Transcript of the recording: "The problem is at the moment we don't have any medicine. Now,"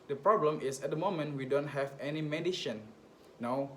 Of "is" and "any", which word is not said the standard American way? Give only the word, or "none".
is